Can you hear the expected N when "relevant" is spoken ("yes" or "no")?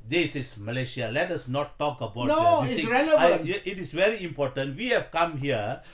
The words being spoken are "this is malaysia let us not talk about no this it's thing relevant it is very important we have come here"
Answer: no